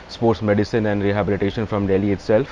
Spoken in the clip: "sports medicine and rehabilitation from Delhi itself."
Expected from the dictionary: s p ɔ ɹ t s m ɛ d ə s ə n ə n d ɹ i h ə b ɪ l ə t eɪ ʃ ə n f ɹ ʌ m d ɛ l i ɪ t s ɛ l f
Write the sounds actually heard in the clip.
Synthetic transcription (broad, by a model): s p ɔ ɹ t s m ɛ d ə s ə n ə n d ɹ i h ə b ɪ l ə t eɪ ʃ ə n f ɹ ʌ m d ɛ l i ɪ t s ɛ l f